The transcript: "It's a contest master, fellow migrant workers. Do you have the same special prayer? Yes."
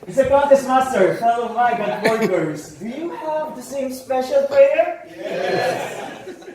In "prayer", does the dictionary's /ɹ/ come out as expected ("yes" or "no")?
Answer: no